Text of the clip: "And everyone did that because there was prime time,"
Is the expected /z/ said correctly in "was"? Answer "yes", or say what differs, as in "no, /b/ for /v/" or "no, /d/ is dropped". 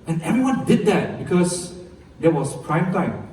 no, /s/ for /z/